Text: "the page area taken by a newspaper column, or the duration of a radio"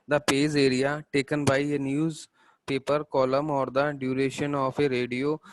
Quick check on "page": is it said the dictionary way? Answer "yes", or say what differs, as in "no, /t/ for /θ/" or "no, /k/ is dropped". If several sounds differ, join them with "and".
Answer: no, /z/ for /dʒ/